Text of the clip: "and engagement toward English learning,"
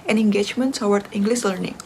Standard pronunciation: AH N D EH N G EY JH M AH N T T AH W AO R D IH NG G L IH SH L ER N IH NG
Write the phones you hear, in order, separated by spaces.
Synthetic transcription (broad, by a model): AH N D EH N G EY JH M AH N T S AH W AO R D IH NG G L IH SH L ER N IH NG